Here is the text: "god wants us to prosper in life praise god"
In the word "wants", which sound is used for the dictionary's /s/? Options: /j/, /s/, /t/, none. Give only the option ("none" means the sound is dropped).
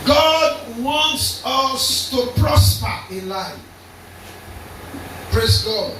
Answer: /s/